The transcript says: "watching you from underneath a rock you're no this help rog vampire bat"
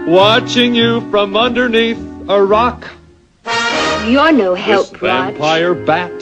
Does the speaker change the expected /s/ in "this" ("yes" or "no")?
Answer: yes